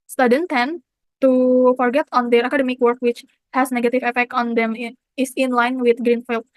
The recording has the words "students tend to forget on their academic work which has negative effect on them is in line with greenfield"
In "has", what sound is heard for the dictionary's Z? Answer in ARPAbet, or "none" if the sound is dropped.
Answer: S